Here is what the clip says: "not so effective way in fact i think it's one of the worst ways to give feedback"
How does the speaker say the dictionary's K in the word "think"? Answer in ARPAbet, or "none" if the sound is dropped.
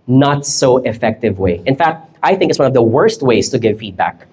K